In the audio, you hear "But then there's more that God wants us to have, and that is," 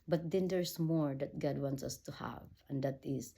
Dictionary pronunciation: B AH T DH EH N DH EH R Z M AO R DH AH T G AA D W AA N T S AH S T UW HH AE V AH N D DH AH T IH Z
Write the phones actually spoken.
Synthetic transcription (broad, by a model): B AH T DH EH N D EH R S M AO R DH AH T G AA D W AA N T S AH S T UW HH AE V AH N D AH T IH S